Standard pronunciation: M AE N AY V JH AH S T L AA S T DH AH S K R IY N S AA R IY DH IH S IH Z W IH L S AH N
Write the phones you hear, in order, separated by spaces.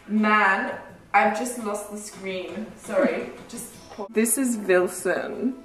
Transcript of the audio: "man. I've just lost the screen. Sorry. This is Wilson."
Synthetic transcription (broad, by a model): M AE N AY V JH AH S T L AA S T DH AH S K R IY N S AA R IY DH IH S IH Z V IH L S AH N